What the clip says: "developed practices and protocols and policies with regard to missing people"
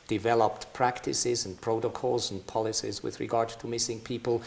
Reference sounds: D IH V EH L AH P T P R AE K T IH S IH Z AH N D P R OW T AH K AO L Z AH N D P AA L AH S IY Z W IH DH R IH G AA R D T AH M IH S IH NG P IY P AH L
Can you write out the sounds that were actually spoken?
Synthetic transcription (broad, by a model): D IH V EH L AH P T P R AE K T IH S IH Z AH N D P R OW T AH K AO L Z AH N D P AA L AH S IY Z W IH DH R IH G AA R D T AH M IH S IH NG P IY P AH L